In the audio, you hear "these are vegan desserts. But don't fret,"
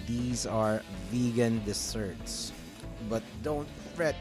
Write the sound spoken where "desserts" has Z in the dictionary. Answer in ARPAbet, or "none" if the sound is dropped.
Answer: S